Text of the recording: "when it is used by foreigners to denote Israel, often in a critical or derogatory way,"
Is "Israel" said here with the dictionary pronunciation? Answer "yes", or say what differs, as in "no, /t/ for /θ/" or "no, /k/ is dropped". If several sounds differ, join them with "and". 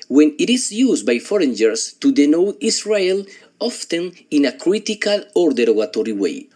no, /s/ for /z/